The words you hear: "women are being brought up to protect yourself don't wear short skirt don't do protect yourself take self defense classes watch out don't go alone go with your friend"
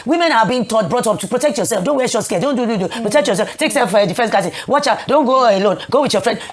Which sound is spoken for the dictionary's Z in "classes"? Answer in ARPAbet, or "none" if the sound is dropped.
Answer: none